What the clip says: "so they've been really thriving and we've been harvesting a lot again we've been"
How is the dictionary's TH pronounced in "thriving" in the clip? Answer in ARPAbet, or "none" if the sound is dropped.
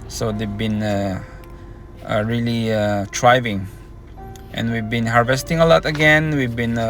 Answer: T